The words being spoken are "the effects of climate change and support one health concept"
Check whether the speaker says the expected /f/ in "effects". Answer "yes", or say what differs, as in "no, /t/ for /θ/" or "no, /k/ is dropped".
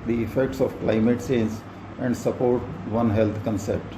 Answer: yes